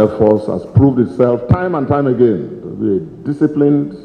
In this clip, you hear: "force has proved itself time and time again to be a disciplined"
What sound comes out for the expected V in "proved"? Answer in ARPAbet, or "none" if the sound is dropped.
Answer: V